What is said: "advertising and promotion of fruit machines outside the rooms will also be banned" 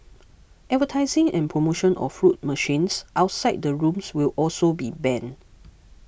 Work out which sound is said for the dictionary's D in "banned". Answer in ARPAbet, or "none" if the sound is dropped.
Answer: none